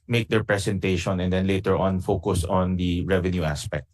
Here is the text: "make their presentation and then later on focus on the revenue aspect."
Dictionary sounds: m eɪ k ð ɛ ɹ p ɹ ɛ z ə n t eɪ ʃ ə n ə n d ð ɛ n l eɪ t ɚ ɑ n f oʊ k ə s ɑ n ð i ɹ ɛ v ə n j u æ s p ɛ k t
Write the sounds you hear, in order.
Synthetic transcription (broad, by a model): m eɪ k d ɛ ɹ p ɹ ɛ s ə n t eɪ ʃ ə n ə n d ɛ n l eɪ t ɚ ɑ n f oʊ k ə s ɑ n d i ɹ ɛ v ə n j u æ s p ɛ k t